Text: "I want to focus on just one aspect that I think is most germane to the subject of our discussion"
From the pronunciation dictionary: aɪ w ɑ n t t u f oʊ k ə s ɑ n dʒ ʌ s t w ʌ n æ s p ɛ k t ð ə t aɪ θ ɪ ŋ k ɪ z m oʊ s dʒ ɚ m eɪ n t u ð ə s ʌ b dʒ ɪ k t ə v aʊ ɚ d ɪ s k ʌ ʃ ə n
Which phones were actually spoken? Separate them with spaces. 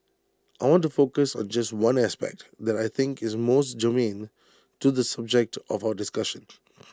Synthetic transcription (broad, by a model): aɪ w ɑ n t t u f oʊ k ə s ɑ n dʒ ʌ s t w ʌ n æ s p ɛ k t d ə t aɪ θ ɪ ŋ k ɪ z m oʊ s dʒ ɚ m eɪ n t u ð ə s ʌ b dʒ ɪ k t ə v aʊ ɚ d ɪ s k ʌ ʃ ə n